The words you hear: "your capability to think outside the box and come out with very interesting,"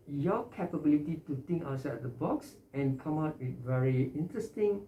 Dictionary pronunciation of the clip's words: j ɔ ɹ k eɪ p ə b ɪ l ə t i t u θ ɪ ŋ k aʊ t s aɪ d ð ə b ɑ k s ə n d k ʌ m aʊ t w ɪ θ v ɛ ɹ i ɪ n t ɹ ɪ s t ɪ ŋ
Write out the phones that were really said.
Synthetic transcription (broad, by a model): j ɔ k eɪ p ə b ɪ l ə t i t u t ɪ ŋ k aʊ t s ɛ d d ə b ɑ k s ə n k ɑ m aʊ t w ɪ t v ɛ ɹ i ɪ n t ɹ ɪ s t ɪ ŋ